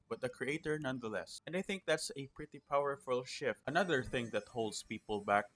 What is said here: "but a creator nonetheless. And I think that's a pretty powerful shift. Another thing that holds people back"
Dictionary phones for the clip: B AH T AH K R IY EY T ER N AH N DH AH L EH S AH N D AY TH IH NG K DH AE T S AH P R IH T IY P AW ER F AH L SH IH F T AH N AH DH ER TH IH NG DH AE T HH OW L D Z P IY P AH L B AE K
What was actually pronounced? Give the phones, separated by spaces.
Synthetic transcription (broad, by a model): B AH T AH K R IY EY T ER N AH N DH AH L EH S AH N D AY TH IH NG K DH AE T S AH P R IH T IY P AW ER F AH L SH IH F T AH N AH DH ER TH IH NG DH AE T HH OW L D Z P IY P AH L B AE K